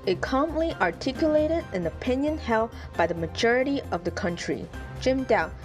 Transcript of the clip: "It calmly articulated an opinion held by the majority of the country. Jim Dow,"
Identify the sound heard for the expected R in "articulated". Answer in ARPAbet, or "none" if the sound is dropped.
R